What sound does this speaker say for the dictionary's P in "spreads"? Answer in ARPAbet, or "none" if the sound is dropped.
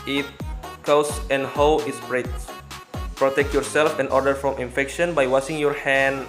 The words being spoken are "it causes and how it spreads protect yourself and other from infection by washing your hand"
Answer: B